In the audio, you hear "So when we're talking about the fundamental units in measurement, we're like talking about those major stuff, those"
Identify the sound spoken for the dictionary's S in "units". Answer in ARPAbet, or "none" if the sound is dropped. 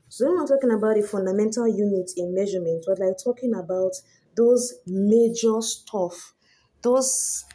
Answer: none